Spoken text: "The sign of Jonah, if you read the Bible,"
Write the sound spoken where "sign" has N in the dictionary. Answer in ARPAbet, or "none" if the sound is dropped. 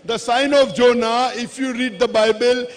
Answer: N